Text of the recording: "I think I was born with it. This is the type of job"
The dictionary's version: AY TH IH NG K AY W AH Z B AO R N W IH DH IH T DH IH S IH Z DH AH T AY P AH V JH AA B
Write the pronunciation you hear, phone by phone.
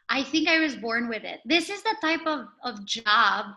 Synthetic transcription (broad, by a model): AY TH IH NG K AY W AH Z B AO R N W IH DH IH T DH IH S IH Z DH AH T AY P AH V JH AA B